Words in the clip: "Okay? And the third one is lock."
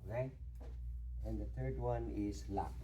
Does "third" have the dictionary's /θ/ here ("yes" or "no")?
no